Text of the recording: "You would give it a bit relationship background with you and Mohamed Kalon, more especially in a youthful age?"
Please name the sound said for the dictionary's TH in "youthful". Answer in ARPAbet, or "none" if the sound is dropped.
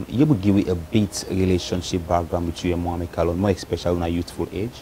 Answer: T